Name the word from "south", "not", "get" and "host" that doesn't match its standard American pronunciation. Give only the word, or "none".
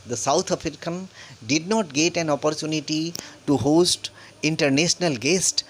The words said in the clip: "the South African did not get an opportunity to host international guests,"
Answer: south